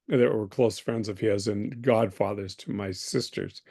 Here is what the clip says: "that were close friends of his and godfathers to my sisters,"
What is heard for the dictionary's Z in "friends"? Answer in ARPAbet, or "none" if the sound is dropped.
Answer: Z